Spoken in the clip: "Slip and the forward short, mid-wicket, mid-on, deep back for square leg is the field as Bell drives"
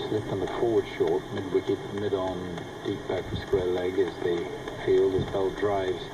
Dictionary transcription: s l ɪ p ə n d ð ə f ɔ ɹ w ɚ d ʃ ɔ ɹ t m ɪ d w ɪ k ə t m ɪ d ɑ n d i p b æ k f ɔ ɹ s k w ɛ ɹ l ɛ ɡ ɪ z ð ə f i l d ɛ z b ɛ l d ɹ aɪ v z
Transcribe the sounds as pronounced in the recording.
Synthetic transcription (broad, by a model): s l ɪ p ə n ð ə f ɔ ɹ w ɚ d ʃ ɔ ɹ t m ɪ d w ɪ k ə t m ɪ d n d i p b æ k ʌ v s k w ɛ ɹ l ɛ ɡ ɪ z ð ə f i l d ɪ s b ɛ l d ɹ aɪ v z